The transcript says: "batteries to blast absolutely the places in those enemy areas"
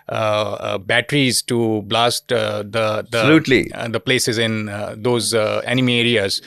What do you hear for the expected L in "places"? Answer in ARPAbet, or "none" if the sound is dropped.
L